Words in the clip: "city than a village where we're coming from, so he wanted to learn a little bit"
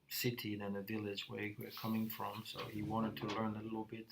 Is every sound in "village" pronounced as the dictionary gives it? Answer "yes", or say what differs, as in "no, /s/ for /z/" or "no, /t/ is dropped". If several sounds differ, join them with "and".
yes